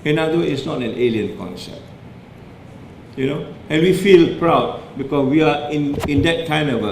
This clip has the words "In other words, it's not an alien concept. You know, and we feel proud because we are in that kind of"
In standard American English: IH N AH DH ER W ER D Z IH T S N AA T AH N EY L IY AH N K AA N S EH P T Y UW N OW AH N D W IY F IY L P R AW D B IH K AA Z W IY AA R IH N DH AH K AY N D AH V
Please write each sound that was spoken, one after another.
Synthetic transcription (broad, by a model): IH N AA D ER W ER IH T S N AA T AH N EY L IY AH N K AA N S EH P T Y UW N OW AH N W IY F IY L P R AW D B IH K AA S W IY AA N IH N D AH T AY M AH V